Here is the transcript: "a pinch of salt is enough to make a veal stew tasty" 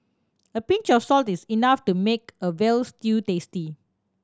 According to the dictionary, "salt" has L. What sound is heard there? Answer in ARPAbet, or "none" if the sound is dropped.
L